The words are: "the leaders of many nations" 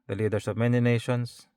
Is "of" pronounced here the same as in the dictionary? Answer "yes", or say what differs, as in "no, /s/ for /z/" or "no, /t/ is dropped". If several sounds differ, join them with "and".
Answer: yes